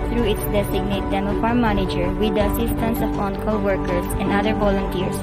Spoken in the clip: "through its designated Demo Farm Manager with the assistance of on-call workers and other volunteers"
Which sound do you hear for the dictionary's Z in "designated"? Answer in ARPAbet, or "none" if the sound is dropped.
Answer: S